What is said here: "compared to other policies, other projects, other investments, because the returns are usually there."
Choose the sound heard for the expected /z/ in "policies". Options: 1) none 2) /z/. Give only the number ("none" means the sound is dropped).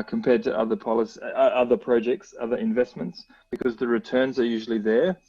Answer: 1